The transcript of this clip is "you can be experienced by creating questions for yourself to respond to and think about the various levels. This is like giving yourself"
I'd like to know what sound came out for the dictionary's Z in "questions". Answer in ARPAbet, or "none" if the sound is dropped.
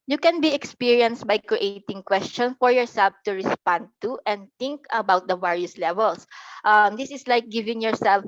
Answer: none